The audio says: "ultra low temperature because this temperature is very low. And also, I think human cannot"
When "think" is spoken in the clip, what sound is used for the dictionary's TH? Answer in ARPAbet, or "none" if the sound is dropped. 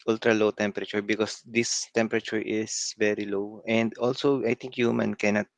T